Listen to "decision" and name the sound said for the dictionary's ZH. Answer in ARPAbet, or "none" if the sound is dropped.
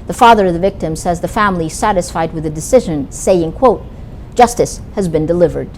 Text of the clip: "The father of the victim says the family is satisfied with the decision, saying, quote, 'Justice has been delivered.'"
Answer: ZH